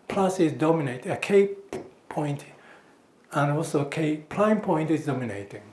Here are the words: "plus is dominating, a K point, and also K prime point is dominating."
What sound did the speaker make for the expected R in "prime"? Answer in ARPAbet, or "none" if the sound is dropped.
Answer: L